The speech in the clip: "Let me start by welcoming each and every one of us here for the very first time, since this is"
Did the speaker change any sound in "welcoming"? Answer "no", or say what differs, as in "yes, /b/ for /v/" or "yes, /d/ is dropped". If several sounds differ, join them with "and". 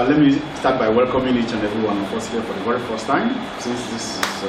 no